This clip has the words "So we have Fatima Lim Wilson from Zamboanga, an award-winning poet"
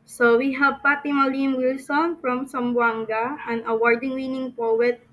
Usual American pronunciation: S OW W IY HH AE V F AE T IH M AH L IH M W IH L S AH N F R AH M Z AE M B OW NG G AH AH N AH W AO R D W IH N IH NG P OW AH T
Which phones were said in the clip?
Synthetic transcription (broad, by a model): S OW W IY HH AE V P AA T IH M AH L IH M W IH L S AH N F R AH M S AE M B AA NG G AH AH N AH W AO R D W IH N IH NG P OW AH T